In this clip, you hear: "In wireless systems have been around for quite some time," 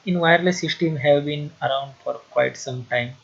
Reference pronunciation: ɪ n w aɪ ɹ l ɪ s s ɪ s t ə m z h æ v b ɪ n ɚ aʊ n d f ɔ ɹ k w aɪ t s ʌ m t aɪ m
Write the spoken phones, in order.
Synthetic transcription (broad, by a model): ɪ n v aɪ ɹ l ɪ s s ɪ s t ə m h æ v b ɪ n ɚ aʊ n d f ɔ ɹ k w aɪ t s ʌ m t aɪ m